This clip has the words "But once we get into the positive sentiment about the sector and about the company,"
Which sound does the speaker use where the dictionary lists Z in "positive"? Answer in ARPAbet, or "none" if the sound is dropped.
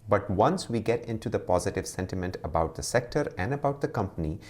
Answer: Z